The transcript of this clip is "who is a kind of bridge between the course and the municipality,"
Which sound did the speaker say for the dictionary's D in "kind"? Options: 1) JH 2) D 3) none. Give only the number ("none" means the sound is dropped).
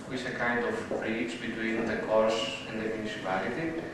2